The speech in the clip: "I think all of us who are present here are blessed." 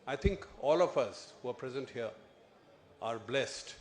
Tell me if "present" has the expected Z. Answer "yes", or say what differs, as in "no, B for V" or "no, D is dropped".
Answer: yes